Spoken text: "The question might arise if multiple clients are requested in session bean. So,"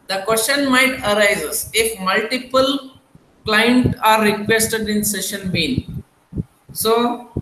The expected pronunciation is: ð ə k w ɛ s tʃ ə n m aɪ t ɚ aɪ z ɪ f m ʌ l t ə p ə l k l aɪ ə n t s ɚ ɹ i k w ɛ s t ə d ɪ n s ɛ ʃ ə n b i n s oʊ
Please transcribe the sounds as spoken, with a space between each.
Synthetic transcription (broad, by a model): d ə k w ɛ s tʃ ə n m aɪ t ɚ aɪ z ɪ f m ʌ l t ə p ə l k l aɪ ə n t ɑ ɹ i k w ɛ s t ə d ɪ n s ɛ ʃ ə n b i n s oʊ